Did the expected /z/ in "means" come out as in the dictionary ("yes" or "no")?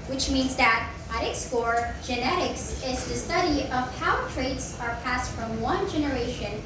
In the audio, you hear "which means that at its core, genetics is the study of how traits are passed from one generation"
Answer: yes